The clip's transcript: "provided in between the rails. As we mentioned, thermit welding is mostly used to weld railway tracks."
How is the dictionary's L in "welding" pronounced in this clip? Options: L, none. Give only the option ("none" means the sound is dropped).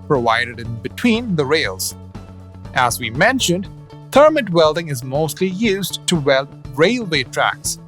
L